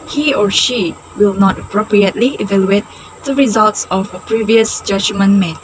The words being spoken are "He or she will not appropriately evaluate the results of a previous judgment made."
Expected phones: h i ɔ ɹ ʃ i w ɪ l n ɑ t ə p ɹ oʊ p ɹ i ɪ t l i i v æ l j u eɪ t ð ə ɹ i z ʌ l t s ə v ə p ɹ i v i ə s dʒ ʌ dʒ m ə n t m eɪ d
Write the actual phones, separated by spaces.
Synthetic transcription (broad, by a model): h i ɔ ɹ ʃ i w ɪ l n ɑ t ə p ɹ oʊ p ɹ i ɪ t l i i v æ l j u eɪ t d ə ɹ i z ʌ l t s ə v ə p ɹ i v i ə s dʒ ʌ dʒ m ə n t m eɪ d